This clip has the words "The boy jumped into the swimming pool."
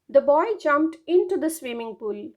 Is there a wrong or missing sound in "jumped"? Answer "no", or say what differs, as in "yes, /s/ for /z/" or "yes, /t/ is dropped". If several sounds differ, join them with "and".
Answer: no